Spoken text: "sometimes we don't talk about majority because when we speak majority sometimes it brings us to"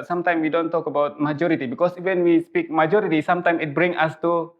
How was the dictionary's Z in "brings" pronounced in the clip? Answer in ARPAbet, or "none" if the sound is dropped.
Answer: none